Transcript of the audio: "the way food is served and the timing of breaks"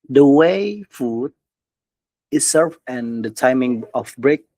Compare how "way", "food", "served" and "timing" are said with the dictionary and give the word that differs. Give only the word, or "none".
served